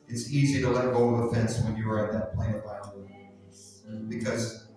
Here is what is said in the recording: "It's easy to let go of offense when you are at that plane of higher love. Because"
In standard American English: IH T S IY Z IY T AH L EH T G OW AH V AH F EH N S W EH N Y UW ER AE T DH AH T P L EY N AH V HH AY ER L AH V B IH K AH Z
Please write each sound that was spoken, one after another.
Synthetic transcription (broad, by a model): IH T S IY Z IY T AH L EH T G OW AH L AH F EH N S W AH N Y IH ER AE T DH AH T P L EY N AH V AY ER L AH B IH K AH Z